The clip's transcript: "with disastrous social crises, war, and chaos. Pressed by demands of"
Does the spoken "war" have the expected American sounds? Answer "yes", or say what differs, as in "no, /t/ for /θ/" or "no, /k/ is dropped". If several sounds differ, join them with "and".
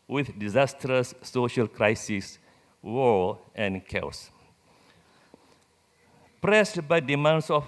no, /l/ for /ɹ/